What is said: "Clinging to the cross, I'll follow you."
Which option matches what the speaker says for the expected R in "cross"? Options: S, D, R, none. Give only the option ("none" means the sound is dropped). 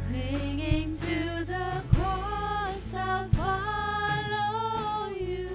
none